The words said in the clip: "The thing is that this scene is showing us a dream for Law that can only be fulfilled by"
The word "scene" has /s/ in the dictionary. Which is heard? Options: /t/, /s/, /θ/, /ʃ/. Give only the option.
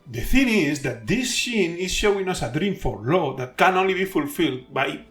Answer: /ʃ/